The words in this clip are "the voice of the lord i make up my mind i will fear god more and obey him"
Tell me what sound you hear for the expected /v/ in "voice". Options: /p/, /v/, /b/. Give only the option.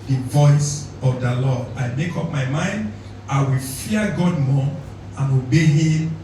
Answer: /v/